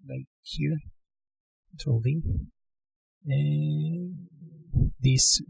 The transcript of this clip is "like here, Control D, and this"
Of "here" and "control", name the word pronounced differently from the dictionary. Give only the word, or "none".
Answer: control